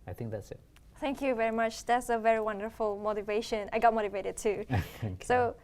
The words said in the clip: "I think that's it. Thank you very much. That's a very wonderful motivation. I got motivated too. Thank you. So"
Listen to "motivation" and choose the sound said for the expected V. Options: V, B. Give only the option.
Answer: V